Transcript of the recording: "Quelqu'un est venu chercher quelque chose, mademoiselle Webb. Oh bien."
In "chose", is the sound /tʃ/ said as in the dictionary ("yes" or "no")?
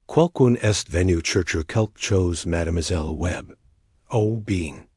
yes